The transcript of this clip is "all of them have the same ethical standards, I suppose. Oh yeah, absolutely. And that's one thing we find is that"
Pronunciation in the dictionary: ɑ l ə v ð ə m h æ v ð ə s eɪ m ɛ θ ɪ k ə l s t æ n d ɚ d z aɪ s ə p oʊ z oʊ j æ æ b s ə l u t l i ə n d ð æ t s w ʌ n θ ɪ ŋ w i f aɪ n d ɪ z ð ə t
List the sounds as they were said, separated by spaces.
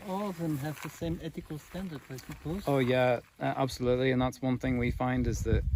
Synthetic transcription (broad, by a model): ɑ l ə v ð ə m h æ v ð ə s eɪ m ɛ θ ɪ k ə l s t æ n d ɚ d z aɪ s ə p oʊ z oʊ j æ æ b s ə l u t l i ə n ð æ t s w ʌ n θ ɪ ŋ w i f aɪ n d ɪ z ð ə t